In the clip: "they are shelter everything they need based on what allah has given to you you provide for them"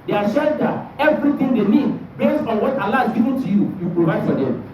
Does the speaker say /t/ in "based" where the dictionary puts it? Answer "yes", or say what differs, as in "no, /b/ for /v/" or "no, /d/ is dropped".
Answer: no, /t/ is dropped